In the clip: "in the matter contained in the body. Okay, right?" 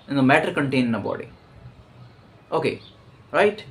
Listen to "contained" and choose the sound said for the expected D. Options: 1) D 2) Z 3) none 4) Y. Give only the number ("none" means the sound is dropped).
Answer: 3